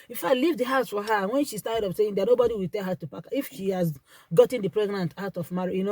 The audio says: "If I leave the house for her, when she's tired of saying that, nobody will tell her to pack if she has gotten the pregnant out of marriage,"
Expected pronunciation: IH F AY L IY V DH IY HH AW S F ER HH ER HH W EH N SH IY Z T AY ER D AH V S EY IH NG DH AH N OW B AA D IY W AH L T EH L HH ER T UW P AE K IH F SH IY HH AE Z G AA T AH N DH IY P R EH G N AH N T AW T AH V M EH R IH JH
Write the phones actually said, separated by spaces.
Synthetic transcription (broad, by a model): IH F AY L IY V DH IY HH AW S F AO HH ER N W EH N SH IY S T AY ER D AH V S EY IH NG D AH N OW B AA D IY W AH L T EH L HH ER T UW P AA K IH F SH IY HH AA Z G AA T AH N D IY P R EH G N AH N T AW T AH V M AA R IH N